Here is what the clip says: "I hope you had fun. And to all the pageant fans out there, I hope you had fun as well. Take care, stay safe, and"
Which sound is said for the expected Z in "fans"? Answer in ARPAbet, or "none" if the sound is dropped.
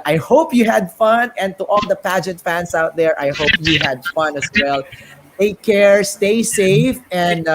S